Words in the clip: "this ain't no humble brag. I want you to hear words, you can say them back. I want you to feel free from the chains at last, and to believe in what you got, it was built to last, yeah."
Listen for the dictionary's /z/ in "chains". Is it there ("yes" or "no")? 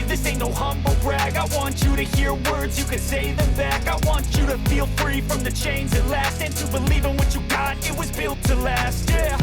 yes